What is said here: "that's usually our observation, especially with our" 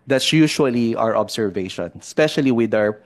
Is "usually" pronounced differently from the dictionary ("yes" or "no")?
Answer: yes